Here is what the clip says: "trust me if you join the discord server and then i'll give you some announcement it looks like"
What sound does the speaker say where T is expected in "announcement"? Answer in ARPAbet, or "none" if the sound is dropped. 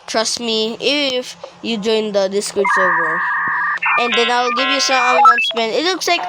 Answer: none